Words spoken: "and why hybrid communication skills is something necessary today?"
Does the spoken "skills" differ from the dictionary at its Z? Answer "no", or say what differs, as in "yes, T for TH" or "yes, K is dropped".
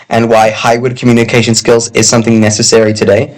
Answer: no